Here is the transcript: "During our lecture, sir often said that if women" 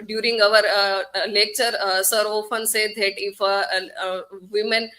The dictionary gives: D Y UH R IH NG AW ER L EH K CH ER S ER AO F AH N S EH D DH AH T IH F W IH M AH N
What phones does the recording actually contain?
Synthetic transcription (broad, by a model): D Y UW R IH NG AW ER L EH K CH ER S ER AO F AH N S EH D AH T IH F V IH M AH N